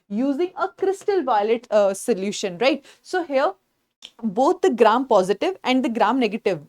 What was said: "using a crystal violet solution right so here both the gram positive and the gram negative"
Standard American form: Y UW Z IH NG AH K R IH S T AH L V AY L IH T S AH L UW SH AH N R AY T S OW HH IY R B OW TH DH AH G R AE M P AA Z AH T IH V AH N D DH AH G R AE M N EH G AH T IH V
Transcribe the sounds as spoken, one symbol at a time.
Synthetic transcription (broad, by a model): Y UW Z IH NG AH K R IH S T AH L V AY L IH T S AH L UW SH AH N R AY T S OW HH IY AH B OW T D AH G R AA M P AA Z AH T IH V AH N D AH G R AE M N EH G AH T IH V